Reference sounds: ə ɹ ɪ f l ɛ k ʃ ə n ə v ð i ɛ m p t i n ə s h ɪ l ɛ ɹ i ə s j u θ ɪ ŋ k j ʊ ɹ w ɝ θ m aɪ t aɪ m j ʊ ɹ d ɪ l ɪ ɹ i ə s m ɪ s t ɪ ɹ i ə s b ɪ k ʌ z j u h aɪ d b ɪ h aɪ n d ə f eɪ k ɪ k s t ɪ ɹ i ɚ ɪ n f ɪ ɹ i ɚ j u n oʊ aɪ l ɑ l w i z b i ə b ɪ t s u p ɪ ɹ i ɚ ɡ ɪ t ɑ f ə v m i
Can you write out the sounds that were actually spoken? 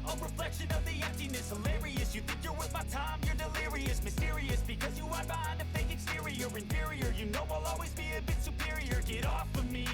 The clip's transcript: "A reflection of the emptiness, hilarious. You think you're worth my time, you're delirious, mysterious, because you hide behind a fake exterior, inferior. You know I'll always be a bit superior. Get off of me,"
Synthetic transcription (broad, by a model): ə ɹ ɪ f l ɛ k ʃ ə n ə v ð i ɛ m p t i n ə s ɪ l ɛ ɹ i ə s j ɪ θ ɪ ŋ k j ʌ ɹ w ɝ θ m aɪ t aɪ m j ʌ ɹ d ɪ l ɪ ɹ i ə s m ɪ s t ɪ ɹ i ə s b ɪ k ʌ z j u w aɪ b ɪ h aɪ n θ ə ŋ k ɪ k s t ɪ ɹ i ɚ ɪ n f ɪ ɹ i ɚ j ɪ n oʊ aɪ l ɑ l w i z b i ə b ɪ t s u p ɪ ɹ i ɚ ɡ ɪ t ɑ f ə m i